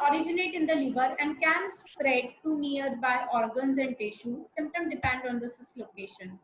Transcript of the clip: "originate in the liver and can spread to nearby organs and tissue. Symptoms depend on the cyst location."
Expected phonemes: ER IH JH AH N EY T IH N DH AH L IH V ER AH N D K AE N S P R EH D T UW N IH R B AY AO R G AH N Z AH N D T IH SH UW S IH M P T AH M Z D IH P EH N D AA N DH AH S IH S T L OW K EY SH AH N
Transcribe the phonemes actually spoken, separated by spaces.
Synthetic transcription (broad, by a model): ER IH JH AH N EY T IH N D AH L IH V ER AH N D K AE N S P R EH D T UW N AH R B AY AO R G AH N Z AH N D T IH SH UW S IH M P T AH M D IH P EH N D AA N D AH S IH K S L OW K EY SH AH N